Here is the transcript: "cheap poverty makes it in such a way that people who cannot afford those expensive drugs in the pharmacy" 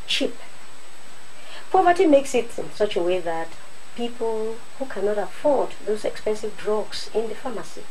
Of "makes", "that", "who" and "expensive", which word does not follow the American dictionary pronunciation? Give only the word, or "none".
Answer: none